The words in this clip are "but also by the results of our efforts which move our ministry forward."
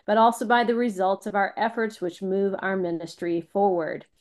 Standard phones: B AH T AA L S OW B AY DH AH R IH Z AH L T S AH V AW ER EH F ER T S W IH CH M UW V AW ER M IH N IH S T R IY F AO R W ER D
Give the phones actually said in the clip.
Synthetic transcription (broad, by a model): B AH T AA L S OW B AY DH AH R IH Z AH L T S AH V AW ER EH F ER T S W IH CH M UW V AW ER M IH N IH S T R IY F AO R W ER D